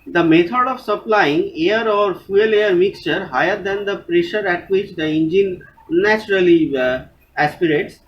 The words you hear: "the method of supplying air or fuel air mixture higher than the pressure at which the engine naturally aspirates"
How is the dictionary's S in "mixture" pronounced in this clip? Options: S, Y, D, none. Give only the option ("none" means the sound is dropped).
S